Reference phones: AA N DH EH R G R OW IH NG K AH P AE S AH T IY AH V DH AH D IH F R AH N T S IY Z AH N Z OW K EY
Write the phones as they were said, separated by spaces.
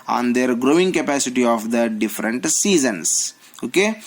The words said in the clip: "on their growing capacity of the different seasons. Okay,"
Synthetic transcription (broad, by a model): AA N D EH R G R OW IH NG K AH P AE S AH T IY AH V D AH D IH F R AH N T S IY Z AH N S OW K EY